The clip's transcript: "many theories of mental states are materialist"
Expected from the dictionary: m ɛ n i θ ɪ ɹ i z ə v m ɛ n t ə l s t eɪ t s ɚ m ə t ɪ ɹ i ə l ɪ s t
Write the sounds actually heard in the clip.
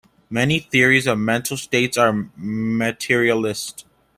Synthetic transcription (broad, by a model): m ɛ n i θ ɪ ɹ i z ə v m ɛ n t l s t eɪ t s ɚ m ə t ɪ ɹ i ə l ɪ s t